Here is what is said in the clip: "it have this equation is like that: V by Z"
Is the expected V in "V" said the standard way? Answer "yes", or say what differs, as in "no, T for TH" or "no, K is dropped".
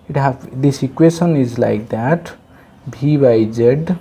no, B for V